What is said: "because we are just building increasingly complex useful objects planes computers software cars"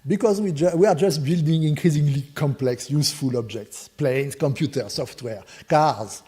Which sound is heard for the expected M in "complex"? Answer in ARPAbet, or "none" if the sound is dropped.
M